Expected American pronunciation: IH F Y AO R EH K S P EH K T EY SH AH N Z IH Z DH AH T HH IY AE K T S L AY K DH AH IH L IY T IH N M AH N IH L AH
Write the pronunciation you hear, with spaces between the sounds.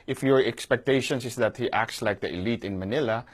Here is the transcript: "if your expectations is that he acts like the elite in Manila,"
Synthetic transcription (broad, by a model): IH F Y AO R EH K S P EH K T EY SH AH N S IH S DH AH T HH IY AE K T S L AY K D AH IH L IY T IH N M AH N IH L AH